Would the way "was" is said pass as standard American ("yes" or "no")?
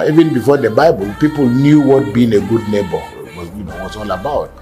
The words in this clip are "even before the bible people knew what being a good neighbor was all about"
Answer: no